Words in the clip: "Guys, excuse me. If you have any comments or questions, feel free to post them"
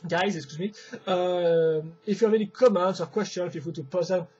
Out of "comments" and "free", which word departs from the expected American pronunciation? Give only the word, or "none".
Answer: free